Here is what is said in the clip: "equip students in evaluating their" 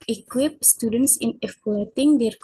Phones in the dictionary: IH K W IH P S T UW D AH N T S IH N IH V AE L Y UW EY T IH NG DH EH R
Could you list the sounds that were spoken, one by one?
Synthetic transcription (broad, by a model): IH K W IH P S T UW D AH N T S IH N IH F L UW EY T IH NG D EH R